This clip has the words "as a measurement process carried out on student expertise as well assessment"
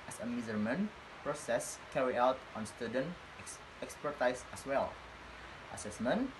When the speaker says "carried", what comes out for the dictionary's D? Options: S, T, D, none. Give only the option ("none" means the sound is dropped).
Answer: none